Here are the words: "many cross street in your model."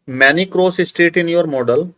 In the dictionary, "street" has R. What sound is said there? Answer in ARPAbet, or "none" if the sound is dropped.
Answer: none